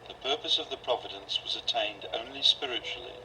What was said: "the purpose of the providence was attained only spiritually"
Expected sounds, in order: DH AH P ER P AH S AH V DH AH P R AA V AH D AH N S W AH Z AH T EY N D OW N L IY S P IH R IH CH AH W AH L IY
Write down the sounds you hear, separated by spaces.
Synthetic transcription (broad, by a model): DH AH P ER P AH S AH V DH AH P R AA V AH D AH N S W AH Z AH T EY N D OW N L IY S P IH R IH CH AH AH L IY